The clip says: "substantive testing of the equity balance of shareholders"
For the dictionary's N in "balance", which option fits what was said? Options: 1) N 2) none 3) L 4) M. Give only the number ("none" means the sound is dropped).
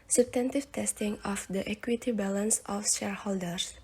1